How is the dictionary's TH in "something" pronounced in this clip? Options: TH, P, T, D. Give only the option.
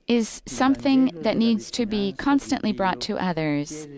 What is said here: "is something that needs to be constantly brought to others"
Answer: TH